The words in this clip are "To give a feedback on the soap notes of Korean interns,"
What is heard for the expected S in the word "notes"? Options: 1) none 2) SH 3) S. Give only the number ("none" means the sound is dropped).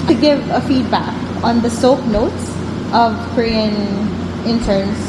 3